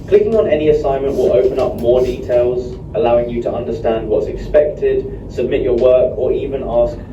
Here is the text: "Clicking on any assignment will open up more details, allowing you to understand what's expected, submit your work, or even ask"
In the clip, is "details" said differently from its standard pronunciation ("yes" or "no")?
no